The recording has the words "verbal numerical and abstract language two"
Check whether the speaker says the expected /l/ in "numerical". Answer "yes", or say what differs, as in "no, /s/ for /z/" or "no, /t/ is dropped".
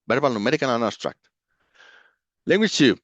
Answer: no, /n/ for /l/